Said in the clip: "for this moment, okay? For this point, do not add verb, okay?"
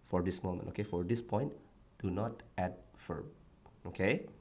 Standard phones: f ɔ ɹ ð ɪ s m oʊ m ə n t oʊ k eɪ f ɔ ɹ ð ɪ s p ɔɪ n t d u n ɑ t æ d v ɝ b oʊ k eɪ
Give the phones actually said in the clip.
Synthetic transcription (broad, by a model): f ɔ ɹ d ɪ s m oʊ m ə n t oʊ k eɪ f ɔ ɹ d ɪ s p ɔɪ n t d u n ɑ t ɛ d f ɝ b oʊ k eɪ